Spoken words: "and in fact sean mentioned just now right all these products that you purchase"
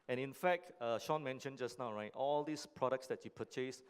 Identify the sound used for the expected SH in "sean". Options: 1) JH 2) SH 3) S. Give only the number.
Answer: 2